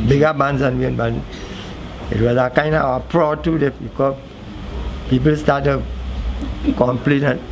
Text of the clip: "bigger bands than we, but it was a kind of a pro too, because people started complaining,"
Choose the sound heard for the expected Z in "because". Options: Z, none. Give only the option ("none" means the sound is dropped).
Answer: none